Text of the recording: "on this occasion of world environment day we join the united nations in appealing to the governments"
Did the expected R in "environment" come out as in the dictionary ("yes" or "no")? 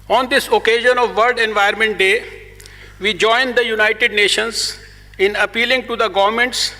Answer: no